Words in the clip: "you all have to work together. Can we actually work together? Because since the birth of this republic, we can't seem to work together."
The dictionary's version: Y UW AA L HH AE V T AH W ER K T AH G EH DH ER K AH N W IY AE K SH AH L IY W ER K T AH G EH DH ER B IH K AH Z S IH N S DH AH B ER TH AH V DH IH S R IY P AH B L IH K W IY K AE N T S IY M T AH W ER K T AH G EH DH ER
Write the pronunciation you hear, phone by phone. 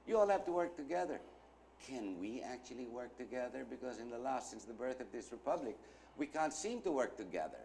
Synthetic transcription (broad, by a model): Y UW AA L HH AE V T AH W ER K T AH G EH DH ER K AH N W IY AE K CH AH L IY W ER K T AH G EH DH ER B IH K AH Z S IH N S DH AH B ER TH AH V DH IH S R IY P AH B L IH K W IY K AE N T S IY M T AH W ER K T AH G EH DH ER